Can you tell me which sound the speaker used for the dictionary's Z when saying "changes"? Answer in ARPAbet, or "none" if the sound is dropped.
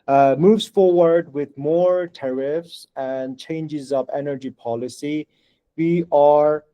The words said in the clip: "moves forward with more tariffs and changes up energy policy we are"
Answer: Z